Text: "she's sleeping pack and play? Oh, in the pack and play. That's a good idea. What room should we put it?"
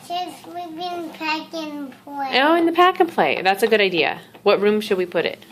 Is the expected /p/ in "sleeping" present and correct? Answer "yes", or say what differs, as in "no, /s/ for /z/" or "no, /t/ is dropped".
no, /b/ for /p/